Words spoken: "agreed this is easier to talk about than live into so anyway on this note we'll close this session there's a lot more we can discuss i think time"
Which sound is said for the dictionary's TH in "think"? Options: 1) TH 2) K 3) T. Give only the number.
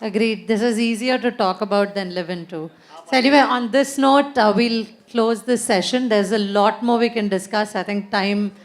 3